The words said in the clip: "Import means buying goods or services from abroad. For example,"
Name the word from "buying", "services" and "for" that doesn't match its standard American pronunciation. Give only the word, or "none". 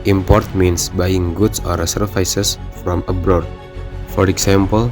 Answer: services